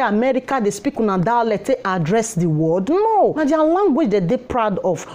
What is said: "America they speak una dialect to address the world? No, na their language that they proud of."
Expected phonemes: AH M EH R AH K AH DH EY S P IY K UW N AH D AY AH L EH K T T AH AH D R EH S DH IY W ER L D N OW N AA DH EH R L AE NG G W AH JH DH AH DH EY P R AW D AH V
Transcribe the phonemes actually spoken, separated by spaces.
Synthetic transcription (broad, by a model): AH M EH R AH K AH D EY S P IY K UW N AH D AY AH L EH T T AH D R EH S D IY W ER D N OW N AA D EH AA L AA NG G W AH JH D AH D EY P R AW D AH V